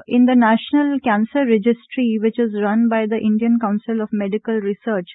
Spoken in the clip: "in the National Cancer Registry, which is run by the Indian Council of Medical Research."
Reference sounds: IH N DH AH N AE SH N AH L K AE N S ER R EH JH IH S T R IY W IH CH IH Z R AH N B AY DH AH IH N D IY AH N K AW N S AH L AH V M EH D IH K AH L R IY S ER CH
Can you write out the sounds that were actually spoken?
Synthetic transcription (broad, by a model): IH N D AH N AE SH N AH L K AE N S ER R EH JH IH S T R IY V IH CH IH Z R AH N B AY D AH IH N D IY AH N K AW N S AH L AH V M EH D IH K AH L R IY S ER CH